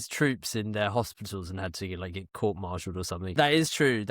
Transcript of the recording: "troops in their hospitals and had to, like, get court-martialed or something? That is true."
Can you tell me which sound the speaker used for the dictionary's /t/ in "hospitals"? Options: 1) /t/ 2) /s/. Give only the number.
1